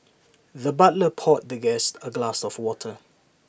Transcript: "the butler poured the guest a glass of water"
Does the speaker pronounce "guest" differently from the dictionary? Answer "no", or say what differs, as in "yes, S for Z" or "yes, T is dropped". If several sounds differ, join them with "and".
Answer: no